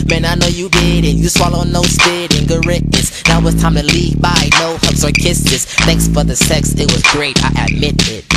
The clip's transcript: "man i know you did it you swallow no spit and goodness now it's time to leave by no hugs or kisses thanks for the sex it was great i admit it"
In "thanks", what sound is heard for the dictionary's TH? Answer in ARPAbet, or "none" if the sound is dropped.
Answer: TH